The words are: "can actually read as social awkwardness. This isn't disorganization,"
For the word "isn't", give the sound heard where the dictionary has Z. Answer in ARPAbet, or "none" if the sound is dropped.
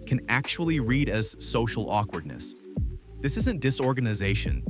Z